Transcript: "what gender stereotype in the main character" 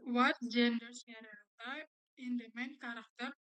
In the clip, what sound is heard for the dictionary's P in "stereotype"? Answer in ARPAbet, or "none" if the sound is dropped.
none